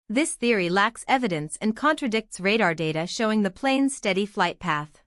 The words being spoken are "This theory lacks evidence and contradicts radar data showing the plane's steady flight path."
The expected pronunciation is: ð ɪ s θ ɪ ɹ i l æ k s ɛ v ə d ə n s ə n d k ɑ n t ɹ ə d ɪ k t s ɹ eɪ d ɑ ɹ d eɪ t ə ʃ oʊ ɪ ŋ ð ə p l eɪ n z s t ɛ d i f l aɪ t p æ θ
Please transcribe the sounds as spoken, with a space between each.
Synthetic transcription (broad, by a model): ð ɪ s θ ɪ ɹ i l æ k s ɛ v ə d ə n s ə n k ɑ n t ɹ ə d ɪ k t s ɹ eɪ d ɑ ɹ d eɪ t ə ʃ oʊ ɪ ŋ ð ə p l eɪ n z s t ɛ d i f l aɪ t p æ θ